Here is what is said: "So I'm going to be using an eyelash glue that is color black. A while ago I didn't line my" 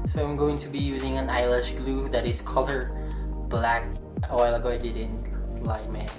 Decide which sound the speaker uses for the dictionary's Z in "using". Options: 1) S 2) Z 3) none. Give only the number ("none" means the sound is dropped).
2